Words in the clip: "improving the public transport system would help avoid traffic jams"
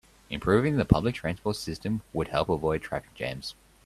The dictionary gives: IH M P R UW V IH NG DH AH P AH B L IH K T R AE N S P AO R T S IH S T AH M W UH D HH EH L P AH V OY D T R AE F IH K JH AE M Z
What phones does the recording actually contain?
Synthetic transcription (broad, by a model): IH M P R UW V IH NG DH AH P AH B L IH K T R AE N S P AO T S IH S T AH M W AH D HH EH L P AH V OY D T R AE F IH K JH AE M Z